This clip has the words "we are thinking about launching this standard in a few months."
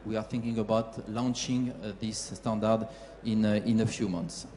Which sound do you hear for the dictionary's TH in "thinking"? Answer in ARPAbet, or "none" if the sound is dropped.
TH